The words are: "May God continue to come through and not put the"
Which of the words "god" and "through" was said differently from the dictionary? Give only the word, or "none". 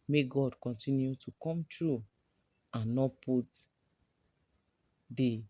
through